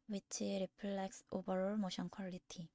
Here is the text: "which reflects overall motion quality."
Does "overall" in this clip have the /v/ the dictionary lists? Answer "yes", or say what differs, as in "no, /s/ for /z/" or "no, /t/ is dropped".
no, /b/ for /v/